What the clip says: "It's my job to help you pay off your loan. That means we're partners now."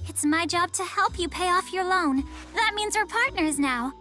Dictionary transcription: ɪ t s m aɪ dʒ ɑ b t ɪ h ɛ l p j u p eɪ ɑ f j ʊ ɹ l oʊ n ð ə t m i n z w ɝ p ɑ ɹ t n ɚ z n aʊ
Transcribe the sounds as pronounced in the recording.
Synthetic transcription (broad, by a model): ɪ t s m aɪ dʒ ɑ b t ɪ h ɛ l p j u p eɪ ɑ f j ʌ ɹ l oʊ n ð ə t m i n z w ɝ p ɑ ɹ t n ɚ z n aʊ